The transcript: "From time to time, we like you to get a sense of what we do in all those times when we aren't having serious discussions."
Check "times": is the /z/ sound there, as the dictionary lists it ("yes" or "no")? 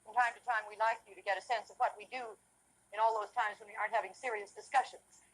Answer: yes